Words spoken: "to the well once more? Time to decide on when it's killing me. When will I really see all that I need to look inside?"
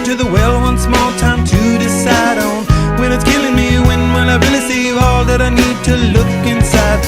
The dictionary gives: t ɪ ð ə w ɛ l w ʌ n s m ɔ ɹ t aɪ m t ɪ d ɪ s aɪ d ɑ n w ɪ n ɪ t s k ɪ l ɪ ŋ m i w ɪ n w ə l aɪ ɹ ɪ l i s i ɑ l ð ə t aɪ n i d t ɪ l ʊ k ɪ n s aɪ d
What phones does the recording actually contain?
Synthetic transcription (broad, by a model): t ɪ ð ə w ɛ l w ʌ n s m ɔ l t aɪ m t ɪ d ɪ s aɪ d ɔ n w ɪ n ɪ t s k ɪ l ɪ ŋ m i w ɪ n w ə n aɪ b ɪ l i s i ɑ l ð ə t aɪ n i d t ɪ l ʊ k ɪ n s aɪ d